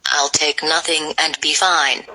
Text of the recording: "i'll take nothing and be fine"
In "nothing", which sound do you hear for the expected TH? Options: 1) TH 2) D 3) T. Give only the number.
1